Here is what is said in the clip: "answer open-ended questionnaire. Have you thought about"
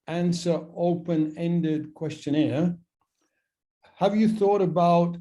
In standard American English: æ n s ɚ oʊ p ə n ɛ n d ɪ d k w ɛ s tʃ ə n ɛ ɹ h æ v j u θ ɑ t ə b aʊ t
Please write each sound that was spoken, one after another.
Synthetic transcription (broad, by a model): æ n s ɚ oʊ p ə n ɛ n d ɪ d k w ɛ s tʃ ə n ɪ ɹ h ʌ v j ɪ θ ɑ t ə b aʊ t